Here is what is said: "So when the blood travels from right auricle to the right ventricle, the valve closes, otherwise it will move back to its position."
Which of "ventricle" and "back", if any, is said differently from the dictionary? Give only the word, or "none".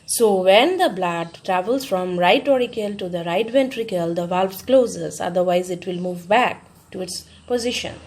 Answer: none